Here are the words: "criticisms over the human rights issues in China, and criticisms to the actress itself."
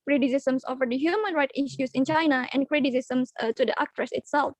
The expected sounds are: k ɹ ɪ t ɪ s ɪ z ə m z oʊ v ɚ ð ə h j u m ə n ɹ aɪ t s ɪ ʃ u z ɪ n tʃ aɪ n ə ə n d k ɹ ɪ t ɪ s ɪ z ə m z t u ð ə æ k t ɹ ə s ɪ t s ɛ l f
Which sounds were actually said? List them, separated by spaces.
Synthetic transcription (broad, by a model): k ɹ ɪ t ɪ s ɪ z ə m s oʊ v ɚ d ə h j u m ə n ɹ aɪ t ɪ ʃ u s ɪ n tʃ aɪ n ə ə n k ɹ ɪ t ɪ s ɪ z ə m s t u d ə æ k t ɹ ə s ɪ t s ɛ l f